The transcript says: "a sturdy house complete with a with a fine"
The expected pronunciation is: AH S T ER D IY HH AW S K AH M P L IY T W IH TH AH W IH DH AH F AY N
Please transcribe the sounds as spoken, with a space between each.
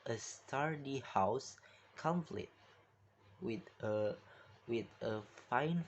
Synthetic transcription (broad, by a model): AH S T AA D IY HH AW S K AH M F L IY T W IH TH AH W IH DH AH F AY N